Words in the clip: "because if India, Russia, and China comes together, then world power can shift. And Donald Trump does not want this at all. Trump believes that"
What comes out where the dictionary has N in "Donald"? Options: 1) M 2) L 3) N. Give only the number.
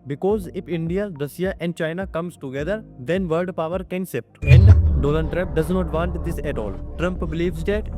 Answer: 2